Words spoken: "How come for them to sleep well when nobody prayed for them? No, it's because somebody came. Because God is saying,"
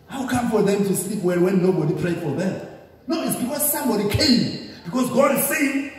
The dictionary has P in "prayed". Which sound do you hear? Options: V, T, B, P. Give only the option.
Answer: P